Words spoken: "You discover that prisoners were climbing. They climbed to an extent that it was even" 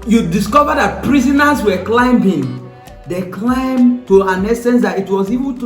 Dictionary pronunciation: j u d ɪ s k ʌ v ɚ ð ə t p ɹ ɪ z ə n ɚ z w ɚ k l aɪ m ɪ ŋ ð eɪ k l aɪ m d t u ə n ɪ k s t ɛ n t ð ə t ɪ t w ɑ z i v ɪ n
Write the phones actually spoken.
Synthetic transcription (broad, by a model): j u d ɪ s k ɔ v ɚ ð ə t p ɹ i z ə n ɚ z w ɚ k l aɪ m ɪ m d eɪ k l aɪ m t u ə n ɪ s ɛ n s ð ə t ɪ t w ɑ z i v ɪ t